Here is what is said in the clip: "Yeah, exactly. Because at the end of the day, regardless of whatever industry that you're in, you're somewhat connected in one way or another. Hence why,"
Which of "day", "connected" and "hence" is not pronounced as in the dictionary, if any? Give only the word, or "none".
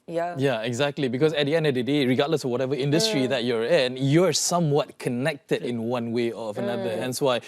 none